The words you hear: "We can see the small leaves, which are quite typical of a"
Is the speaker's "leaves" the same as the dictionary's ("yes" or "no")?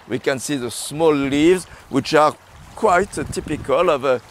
yes